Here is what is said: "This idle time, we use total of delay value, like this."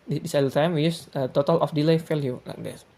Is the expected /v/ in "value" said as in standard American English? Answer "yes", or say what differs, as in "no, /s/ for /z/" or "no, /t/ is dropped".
no, /f/ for /v/